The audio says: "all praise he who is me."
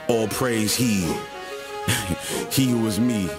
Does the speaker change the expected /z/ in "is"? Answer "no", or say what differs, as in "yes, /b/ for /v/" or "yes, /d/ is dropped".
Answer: no